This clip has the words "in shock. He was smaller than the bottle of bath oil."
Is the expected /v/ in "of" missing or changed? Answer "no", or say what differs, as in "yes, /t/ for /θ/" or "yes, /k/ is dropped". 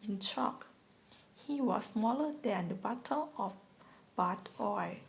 yes, /f/ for /v/